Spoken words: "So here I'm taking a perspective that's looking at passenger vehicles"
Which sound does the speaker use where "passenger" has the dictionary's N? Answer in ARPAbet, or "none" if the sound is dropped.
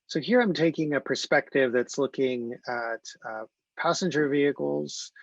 N